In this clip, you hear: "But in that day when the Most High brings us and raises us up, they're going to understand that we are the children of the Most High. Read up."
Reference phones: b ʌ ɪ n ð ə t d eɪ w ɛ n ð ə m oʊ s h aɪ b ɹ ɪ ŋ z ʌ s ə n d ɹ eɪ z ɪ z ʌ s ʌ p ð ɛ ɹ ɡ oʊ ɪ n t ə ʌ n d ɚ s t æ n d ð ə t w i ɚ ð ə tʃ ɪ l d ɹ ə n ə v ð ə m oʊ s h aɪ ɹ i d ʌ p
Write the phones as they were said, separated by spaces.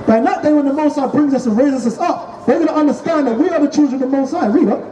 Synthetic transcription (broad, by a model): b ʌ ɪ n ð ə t d eɪ w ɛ n ð ə m oʊ s aɪ b ɹ ɪ ŋ z ʌ s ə n ɹ eɪ z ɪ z ʌ s ʌ p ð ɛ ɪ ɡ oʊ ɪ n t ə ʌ n d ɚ s t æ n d ð ə t w i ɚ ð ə tʃ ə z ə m ð ə m oʊ s aɪ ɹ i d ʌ